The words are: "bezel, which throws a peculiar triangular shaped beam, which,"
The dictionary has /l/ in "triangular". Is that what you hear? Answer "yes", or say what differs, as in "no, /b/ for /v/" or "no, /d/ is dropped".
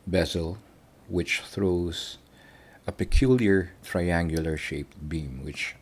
yes